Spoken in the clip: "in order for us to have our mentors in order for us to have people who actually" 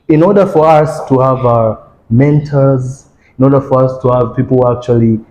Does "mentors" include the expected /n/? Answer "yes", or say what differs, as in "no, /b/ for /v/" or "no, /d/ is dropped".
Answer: yes